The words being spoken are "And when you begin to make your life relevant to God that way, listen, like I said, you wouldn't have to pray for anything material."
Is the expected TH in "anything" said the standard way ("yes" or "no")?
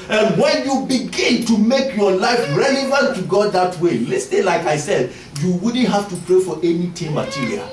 no